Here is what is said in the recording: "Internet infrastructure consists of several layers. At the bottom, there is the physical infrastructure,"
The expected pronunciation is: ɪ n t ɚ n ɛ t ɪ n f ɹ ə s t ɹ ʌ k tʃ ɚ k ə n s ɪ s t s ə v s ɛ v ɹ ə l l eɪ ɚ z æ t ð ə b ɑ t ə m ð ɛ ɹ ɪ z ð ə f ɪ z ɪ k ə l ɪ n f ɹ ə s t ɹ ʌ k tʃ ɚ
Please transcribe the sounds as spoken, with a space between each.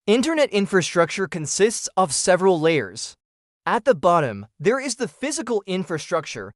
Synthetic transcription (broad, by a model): ɪ n t ɚ n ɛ t ɪ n f ɹ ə s t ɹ ʌ k tʃ ɚ k ə n s ɪ s t s ə v s ɛ v ɹ ə l l eɪ ɚ z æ t ð ə b ɑ t ə m ð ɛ ɹ ɪ z ð ə f ɪ z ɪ k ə l ɪ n f ɹ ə s t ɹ ʌ k tʃ ɚ